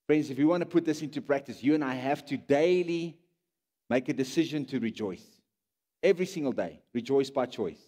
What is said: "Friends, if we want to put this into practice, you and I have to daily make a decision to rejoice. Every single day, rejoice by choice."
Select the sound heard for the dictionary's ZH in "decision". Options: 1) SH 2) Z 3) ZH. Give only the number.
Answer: 3